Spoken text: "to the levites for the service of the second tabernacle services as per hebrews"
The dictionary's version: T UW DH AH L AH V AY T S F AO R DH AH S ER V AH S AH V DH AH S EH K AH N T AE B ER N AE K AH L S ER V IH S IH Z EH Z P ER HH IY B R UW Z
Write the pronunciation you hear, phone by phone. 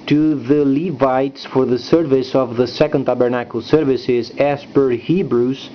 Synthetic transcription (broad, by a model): T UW DH AH L AH V AY T S F AO R DH AH S ER V AH S AH V DH AH S EH K AH N T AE B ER N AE K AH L S ER V IH S IH Z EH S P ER HH IY B R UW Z